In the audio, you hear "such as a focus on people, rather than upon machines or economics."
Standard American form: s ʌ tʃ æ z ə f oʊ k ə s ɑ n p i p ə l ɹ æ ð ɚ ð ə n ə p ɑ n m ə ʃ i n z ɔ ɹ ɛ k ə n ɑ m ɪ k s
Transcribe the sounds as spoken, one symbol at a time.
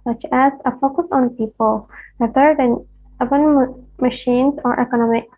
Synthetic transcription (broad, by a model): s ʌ tʃ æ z ə f oʊ k ə s ɑ n p i p ə l w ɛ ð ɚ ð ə n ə b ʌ n m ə ʃ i n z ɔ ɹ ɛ k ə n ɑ m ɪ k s